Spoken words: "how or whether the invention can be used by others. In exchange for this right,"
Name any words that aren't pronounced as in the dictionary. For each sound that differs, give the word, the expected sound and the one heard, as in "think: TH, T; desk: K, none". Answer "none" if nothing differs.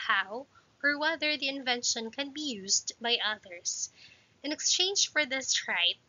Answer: others: Z, S